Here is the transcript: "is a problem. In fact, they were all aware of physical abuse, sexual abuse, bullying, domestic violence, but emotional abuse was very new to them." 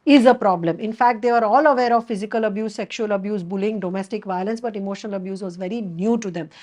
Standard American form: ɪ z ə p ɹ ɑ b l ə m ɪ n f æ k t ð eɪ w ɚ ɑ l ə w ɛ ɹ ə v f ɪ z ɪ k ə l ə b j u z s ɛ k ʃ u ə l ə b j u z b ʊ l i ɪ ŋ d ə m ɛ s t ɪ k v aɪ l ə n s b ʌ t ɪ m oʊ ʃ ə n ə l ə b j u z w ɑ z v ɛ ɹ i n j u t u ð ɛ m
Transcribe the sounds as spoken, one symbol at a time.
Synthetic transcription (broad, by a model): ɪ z ə p ɹ ɑ b l ə m ɪ n f æ k t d eɪ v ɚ ɑ l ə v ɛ ɹ ə v f ɪ z ɪ k ə l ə b j u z s ɛ k ʃ u ə l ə b j u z b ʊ l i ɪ ŋ d ə m ɛ s t ɪ k v aɪ l ə n s b ʌ t ɪ m oʊ ʃ ə n ə l ə b j u z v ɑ z v ɛ ɹ i n j u t u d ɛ m